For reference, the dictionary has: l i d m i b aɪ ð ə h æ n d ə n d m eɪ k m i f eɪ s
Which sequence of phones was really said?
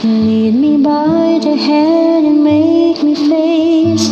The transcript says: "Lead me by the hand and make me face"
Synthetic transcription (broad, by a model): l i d m i b aɪ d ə h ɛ d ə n m eɪ k m i f eɪ s